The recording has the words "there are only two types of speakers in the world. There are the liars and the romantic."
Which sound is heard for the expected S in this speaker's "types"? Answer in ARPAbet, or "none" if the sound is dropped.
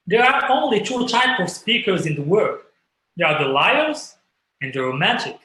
none